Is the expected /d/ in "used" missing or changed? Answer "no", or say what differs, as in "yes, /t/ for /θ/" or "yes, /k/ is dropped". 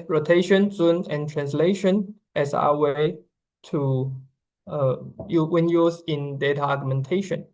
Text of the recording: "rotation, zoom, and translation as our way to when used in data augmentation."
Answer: yes, /d/ is dropped